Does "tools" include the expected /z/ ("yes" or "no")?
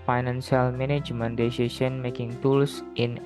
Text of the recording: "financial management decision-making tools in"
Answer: no